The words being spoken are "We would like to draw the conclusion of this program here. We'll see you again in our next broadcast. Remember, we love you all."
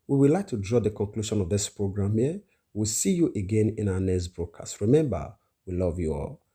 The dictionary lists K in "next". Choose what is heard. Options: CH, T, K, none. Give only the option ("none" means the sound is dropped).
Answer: none